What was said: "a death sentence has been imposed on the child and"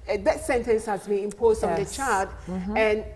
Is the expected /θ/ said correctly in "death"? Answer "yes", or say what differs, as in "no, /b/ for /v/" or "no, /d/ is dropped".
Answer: no, /t/ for /θ/